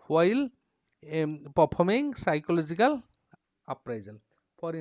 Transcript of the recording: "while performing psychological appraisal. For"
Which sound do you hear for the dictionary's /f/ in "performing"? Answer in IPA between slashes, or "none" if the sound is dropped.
/p/